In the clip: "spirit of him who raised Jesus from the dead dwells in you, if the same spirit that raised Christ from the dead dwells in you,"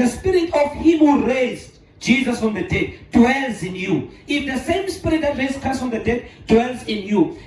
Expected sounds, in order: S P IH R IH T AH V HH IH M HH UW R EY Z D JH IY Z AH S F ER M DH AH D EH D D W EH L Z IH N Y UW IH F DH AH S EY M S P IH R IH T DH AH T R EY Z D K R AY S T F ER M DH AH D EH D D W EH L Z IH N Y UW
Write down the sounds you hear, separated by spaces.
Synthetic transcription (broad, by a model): S P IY R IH T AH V HH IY M HH UW R EY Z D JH IY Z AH S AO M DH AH D EH D D W EH L Z IH N Y UW IH F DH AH S EY M S P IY R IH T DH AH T R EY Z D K AY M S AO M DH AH D EH D D W EH L Z IH N Y UW